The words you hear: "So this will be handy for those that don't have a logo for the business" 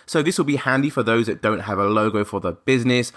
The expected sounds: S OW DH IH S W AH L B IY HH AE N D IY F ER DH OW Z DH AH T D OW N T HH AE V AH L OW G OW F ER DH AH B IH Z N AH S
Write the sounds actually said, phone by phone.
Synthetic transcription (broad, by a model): S OW DH IH S W AH L B IY HH AE N D IY F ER DH OW Z DH AH T D OW N T HH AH V AH L OW G OW F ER DH AH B IH Z N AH S